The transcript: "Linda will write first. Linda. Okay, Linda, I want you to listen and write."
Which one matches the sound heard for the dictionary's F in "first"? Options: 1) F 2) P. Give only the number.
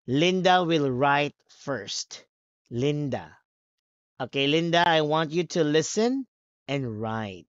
1